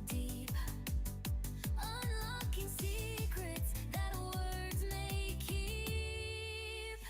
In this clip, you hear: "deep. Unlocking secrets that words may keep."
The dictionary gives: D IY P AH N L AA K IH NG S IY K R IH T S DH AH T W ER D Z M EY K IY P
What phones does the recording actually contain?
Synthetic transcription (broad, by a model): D IY P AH N L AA K IH NG S IY K R IH T S DH AH T W ER D Z M EY K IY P